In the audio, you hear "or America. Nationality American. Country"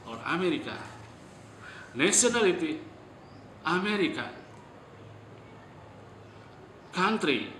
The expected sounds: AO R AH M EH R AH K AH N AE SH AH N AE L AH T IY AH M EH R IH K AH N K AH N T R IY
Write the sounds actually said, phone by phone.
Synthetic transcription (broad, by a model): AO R AH M EH R AH K AH N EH S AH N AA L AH T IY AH M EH R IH K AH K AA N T R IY